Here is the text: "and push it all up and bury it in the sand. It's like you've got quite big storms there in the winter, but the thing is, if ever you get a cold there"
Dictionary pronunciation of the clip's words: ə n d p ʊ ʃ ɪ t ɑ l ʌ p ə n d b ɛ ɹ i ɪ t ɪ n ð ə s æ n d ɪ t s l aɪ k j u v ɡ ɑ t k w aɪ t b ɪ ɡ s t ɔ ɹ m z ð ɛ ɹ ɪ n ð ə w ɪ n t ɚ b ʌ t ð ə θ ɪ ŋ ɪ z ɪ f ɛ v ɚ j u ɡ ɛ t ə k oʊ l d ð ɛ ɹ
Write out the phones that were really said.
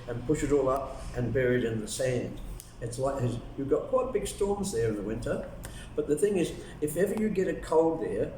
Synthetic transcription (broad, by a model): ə n p ʊ ʃ ɪ t ɑ l ʌ p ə n b ɛ ɹ i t ɪ n ð ə s æ n d ɪ t s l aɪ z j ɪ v ɡ ɑ t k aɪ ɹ b ɪ ɡ s t ɔ ɹ m z ð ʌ ɹ ɪ n ð ə w ɪ n t ɚ b ʌ t ð ə θ ɪ ŋ ɪ z ɪ f ɛ v ɚ j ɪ ɡ ɛ t ə k oʊ l d ð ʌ ɹ